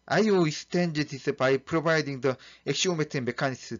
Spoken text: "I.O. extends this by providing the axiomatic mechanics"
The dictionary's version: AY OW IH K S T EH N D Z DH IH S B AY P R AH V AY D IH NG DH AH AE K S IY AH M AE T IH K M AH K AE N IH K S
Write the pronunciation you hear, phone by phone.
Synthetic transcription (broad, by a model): AY OW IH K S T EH N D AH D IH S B AY P R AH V AY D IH NG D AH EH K SH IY M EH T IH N M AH K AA N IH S